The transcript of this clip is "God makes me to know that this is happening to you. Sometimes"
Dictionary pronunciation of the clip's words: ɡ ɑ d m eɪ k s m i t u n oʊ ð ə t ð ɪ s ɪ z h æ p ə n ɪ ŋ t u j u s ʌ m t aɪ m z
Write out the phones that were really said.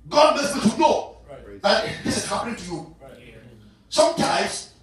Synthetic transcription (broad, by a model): ɡ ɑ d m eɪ s m i t u n oʊ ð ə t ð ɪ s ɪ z h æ p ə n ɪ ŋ t u j u s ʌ m t aɪ m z